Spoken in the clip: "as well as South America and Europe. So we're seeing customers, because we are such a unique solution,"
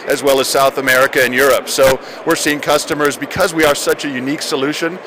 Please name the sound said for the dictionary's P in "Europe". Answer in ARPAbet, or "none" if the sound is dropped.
P